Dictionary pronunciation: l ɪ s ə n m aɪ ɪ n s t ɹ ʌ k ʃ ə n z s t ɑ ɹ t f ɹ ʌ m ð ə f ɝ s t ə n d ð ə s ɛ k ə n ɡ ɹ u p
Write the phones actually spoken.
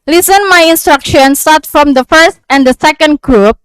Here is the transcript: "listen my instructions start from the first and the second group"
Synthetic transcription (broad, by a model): l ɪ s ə n m aɪ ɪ n s t ɹ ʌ k ʃ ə n s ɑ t f ɹ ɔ m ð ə f ɝ s t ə n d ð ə s ɛ k ə n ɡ ɹ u p